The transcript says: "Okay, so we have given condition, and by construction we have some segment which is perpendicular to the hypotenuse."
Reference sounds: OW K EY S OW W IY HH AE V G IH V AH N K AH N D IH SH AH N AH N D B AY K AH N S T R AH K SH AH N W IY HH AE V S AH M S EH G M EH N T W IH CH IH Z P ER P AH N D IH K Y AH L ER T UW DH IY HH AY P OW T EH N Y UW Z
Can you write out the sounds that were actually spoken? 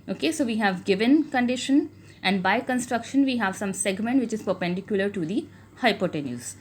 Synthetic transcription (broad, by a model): OW K EY S OW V IY HH AE V G IH V AH N K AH N D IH SH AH N AH N D B AY K AH N S T R AH K SH AH N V IY HH AE V S AH M S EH G M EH N T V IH CH IH Z P ER P AH N D IH K Y AH L ER T UW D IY HH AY P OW T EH N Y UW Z